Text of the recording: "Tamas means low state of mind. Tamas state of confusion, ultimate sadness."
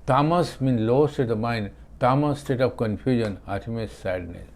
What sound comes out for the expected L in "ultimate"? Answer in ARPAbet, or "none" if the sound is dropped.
none